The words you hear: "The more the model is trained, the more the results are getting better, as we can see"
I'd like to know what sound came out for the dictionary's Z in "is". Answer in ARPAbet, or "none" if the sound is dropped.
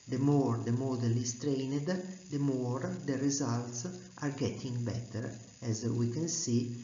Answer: S